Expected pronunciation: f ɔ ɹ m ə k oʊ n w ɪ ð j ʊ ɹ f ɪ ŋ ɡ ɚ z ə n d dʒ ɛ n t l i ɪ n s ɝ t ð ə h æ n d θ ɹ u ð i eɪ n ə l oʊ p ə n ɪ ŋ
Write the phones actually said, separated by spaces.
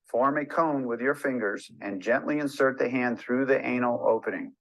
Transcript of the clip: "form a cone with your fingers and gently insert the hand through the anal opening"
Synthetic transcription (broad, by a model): f ɔ ɹ m ə k oʊ n w ɪ ð j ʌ ɹ f ɪ ŋ ɡ ɚ z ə n dʒ ɛ n t l i ɪ n s ɝ t ð ə h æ n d θ ɹ u ð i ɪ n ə l oʊ p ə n ɪ ŋ